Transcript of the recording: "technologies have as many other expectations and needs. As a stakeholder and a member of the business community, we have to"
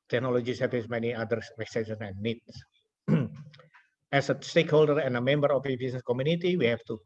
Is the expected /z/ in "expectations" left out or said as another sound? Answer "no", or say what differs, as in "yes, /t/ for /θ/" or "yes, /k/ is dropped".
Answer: yes, /z/ is dropped